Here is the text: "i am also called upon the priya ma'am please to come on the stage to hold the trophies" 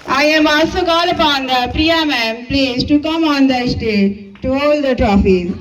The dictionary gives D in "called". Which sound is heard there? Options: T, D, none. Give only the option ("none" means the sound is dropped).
none